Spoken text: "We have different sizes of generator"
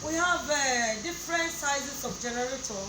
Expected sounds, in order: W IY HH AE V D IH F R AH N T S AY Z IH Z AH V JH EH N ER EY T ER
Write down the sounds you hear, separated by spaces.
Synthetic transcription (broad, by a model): W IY HH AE V D IH F R AH N T S AY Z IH S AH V JH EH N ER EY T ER